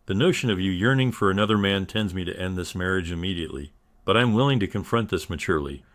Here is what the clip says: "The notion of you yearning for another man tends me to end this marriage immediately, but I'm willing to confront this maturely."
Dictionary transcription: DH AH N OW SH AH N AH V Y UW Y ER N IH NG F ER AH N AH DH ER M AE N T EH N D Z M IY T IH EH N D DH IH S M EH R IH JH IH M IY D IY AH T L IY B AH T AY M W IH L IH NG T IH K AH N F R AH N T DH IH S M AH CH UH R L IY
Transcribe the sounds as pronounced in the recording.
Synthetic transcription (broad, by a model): DH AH N OW SH AH N AH V Y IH Y ER N IH NG F ER AH N AH DH ER M AE N T EH N D Z M IY T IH EH N DH IH S M EH R IH JH IH M IY D IY AH T L IY B AH T AY M W IH L IH NG T IH K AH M F R AH N DH IH S M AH CH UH R L IY